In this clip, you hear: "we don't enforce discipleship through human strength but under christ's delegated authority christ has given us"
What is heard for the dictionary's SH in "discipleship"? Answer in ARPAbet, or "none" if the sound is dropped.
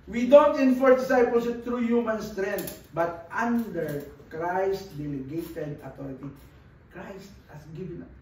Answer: S